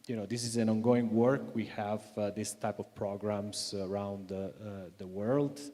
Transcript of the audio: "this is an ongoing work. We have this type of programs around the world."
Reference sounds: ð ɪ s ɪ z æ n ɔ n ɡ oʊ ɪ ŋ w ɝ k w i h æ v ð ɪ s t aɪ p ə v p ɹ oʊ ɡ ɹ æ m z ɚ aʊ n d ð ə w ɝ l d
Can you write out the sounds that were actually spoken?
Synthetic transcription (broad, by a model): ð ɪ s ɪ z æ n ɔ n ɡ oʊ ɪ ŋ w ɝ k w i h æ v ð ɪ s t aɪ p ə v p ɹ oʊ ɡ ɹ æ m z ɚ aʊ n d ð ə w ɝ l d